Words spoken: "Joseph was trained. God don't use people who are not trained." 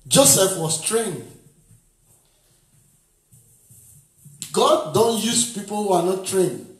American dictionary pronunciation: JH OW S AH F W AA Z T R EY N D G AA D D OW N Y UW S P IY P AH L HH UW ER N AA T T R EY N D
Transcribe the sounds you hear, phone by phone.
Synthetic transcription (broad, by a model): JH OW S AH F W AA S T R EY N D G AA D D OW N Y UW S P IY P AH L HH UW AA N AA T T R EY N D